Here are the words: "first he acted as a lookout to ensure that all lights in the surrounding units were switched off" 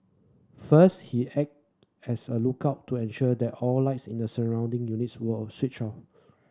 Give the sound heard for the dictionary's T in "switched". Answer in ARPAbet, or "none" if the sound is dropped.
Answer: none